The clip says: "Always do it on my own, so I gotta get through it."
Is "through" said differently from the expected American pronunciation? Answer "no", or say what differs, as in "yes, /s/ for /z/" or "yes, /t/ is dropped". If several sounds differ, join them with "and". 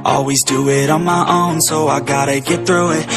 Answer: no